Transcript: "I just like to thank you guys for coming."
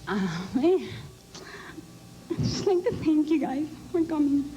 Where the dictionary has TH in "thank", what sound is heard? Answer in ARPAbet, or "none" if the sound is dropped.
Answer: T